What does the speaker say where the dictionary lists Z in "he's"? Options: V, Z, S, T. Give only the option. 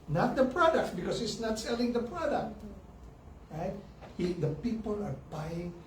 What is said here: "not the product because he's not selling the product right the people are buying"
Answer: S